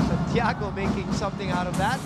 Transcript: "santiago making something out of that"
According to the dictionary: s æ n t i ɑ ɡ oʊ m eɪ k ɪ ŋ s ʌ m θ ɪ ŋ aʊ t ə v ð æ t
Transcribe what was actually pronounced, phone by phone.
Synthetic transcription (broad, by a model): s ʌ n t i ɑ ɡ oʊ m eɪ k ɪ ŋ s ʌ m θ ɪ ŋ aʊ t ə v ð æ t